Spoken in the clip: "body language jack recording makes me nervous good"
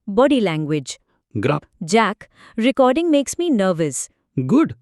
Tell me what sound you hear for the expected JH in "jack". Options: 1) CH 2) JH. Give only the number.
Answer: 2